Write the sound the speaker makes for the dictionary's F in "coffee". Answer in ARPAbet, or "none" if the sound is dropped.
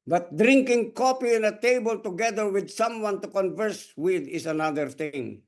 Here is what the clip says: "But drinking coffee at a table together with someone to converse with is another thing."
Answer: P